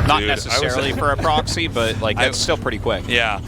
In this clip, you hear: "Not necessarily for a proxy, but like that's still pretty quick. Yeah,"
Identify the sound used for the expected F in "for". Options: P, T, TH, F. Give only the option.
F